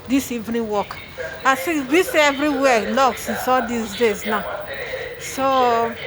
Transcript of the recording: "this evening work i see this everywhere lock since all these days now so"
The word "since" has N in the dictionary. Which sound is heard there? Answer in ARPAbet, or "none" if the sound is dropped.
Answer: none